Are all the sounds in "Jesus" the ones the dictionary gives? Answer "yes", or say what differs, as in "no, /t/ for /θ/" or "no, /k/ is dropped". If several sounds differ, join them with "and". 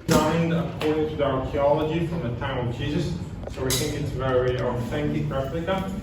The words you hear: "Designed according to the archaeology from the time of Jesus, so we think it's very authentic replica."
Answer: yes